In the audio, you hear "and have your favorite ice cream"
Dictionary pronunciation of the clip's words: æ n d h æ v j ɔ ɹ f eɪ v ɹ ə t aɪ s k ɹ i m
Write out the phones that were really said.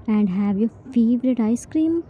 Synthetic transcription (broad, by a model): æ n d h æ v j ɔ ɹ f eɪ v ɹ ə t aɪ s k ɹ i m